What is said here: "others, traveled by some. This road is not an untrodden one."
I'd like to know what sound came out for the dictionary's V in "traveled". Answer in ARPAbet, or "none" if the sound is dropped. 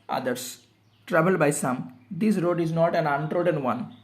B